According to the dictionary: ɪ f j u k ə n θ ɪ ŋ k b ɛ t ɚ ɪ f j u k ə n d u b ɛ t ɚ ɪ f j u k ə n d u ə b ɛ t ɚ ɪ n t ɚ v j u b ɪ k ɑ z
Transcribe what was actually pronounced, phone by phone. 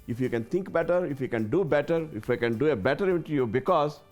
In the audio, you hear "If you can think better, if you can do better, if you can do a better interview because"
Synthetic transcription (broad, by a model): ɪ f j u k ə n t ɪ ŋ k b ɛ t ɚ ɪ f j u k ə n d u b ɛ t ɚ ɪ f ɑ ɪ k ə n d u ə b ɛ t ɚ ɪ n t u j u b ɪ k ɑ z